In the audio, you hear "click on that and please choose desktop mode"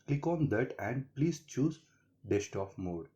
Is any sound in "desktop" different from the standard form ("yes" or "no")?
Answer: yes